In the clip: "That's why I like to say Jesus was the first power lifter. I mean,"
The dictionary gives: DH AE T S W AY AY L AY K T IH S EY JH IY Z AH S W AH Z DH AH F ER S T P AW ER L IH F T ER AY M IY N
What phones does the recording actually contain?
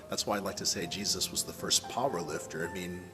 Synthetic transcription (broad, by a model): DH AE T S W AY AY L AY K T IH S EY JH IY Z AH S W AH Z DH AH F ER S P AW ER L IH F T ER AY M IY N